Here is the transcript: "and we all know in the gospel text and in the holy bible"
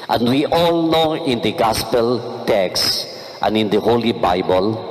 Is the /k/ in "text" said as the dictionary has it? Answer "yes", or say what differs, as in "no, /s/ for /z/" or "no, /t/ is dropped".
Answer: yes